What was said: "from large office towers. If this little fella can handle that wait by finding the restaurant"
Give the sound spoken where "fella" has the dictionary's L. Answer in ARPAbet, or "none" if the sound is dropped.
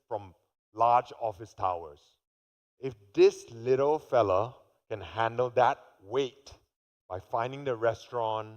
L